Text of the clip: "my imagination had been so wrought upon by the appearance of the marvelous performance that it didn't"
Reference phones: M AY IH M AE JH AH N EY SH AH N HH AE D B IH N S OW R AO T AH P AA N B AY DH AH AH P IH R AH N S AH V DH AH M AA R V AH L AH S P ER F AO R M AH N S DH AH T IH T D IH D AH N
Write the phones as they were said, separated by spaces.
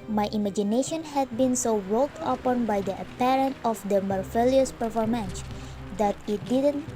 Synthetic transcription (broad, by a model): M AY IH M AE JH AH N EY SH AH N HH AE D B IH N S OW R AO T AH P AA N B AY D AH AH P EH R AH N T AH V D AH M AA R F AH L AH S P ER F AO R M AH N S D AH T IH T D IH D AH N